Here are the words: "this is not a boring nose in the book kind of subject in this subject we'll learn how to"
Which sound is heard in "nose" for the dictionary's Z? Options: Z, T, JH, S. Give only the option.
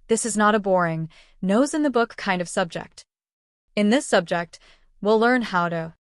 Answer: Z